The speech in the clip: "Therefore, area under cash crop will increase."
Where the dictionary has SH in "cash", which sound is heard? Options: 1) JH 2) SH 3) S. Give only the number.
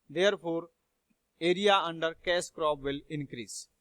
3